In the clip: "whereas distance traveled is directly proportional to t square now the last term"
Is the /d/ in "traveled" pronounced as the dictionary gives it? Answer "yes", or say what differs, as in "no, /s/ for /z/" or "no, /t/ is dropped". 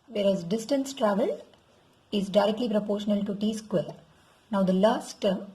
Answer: no, /d/ is dropped